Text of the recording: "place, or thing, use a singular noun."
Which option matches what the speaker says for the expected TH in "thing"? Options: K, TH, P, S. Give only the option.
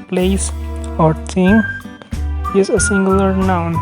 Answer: S